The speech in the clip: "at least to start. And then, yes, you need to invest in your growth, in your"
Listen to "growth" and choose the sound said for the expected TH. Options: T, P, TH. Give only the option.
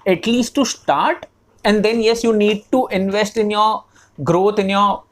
T